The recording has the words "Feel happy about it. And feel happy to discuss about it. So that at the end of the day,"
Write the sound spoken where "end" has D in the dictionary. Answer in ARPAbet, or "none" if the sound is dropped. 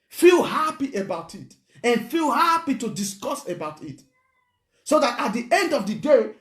D